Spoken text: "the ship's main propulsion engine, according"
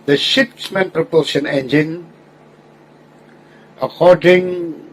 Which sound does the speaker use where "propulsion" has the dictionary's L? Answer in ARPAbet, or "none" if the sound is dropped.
none